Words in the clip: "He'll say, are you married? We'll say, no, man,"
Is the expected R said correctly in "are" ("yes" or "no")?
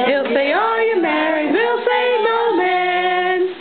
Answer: no